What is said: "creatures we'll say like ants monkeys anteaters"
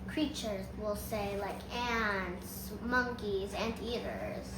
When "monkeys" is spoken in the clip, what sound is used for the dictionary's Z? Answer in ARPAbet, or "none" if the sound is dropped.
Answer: Z